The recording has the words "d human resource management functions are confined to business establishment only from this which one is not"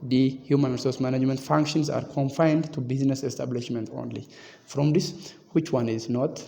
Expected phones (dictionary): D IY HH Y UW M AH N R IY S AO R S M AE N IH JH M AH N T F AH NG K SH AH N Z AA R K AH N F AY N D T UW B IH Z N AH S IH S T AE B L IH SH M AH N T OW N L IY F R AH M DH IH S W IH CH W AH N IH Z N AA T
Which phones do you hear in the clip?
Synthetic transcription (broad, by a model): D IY HH Y UW M AH N R IY S AO R S M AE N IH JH M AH N T F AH NG K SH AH N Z AA R K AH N F AY N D T UW B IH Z N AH S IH S T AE B L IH SH M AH N T OW N L IY F R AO M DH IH S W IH CH W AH N IH Z N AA T